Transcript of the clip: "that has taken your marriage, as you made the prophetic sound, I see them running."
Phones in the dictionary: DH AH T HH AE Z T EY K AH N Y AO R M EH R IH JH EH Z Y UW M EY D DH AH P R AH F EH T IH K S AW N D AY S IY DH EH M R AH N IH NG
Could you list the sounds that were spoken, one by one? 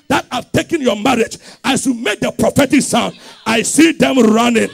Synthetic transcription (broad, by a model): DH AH T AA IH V T EY K AH N Y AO M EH R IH JH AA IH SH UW M EY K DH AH P R AH F EH T IH K S AW N D AY S IY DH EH M R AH N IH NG